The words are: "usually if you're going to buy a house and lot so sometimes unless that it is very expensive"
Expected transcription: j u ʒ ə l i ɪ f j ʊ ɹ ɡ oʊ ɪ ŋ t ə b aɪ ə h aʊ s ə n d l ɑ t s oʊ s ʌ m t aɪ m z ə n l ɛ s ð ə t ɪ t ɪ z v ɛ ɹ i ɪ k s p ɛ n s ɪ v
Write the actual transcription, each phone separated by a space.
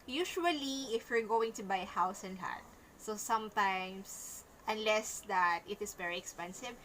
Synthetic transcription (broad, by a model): j u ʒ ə l i ɪ f j ʊ ɹ ɡ oʊ ɪ ŋ t ə b aɪ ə h aʊ s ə n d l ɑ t s oʊ s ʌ m t aɪ m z ə n l ɛ s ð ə t ɪ t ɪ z v ɛ ɹ i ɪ k s p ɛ n s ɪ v